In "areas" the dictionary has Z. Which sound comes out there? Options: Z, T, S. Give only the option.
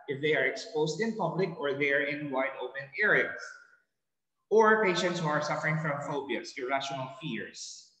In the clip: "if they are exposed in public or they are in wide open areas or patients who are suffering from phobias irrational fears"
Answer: S